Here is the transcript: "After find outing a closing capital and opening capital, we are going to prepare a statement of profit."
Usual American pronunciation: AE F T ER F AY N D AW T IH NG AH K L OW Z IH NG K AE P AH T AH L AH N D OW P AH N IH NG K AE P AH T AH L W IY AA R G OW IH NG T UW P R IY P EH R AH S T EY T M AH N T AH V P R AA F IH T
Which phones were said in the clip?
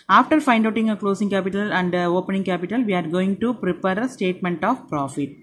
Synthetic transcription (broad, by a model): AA F T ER F AY N D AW T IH NG AH K L OW S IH NG K AE P AH T AH L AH N D OW P AH N IH NG K AE P AH T AH L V IY AA R G OW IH NG T UW P R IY P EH R AH S T EY T M AH N T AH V P R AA F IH T